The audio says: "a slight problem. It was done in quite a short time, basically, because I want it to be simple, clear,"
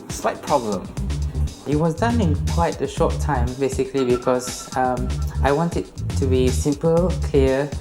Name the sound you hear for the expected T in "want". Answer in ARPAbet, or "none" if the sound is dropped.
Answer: T